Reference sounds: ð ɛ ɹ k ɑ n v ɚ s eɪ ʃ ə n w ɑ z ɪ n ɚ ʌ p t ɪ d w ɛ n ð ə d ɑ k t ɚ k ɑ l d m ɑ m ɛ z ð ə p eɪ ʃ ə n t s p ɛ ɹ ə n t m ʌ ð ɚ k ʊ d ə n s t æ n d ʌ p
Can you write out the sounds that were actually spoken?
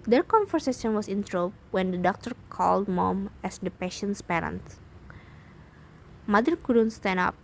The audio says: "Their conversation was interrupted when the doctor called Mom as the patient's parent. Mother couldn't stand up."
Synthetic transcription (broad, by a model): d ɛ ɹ k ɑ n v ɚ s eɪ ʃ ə n w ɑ s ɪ n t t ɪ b w ɛ n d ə d ɑ k t ɚ k ɑ l d m ɑ m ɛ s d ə p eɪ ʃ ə n s p ɛ ɹ ə n t m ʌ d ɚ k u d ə n s t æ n ʌ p